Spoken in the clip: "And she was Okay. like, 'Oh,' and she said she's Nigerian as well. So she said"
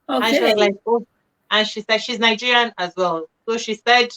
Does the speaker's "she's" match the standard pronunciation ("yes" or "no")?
yes